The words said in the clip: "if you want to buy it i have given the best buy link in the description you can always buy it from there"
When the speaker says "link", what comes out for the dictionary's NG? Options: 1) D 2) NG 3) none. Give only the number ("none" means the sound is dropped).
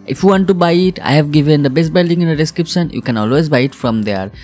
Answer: 3